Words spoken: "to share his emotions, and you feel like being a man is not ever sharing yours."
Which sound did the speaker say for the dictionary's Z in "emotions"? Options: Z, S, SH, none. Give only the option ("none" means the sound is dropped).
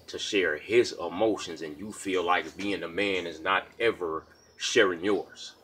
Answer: Z